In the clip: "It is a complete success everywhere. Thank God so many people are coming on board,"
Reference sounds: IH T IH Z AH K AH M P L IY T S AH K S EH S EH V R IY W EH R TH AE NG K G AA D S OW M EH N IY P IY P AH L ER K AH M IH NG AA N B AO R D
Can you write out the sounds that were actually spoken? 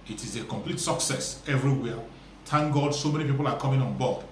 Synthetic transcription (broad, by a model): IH T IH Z AH K AH M P L IY T S AH K S EH S EH V R IY W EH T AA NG G AA D S OW M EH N IY P IY P AH L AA K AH M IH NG AA N B AO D